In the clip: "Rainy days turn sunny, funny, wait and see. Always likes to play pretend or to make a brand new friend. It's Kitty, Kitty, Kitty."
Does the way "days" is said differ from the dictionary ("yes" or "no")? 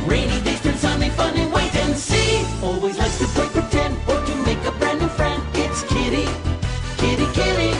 yes